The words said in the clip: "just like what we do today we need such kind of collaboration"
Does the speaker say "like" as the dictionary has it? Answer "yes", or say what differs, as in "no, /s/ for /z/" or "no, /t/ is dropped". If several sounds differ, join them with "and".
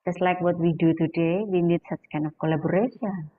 yes